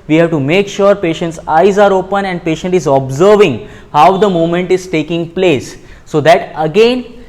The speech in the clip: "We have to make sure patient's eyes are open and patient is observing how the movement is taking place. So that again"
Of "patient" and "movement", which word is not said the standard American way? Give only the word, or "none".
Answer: movement